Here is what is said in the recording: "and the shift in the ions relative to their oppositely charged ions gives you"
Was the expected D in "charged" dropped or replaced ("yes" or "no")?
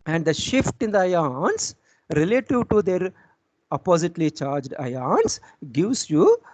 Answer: no